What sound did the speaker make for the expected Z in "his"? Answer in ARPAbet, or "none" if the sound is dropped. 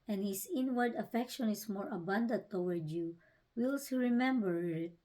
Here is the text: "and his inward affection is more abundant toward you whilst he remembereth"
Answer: S